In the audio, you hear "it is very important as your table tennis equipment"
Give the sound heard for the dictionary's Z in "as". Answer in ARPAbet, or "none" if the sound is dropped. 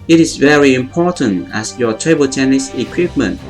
S